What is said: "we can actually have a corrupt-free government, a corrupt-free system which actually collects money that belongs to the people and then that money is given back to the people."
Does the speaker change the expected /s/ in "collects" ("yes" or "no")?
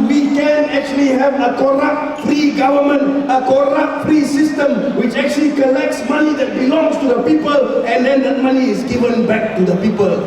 no